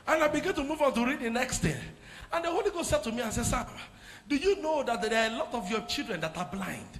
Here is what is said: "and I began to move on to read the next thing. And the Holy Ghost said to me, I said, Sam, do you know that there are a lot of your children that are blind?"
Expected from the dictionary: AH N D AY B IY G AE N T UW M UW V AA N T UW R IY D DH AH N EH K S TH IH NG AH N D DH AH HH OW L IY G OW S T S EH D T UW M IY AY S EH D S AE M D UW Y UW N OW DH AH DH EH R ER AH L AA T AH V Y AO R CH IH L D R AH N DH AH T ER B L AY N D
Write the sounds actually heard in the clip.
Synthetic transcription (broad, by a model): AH N AY B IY G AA N T UW M UW V AA N T UW R IY D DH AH N EH K S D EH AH N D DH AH HH OW L IY G OW S T S EH D T UW M IY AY S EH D S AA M D UW Y UW N OW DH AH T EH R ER AH L AA T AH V Y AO CH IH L D R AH N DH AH T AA B L AY N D